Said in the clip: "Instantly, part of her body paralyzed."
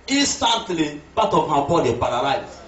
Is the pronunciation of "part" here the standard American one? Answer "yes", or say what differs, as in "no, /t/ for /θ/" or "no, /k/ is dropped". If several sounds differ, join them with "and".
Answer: no, /b/ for /p/